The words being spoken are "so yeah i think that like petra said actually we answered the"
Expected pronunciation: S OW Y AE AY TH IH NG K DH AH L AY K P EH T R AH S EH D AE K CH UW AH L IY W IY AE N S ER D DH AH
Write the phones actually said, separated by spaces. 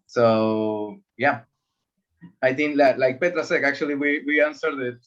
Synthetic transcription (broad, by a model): S OW Y AE AY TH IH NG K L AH L AY K P EH T R AH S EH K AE K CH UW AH W IY W IY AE N S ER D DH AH